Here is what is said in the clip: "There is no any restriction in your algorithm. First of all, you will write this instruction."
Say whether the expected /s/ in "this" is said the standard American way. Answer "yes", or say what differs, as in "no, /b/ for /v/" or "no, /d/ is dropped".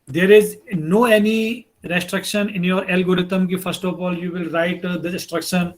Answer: no, /s/ is dropped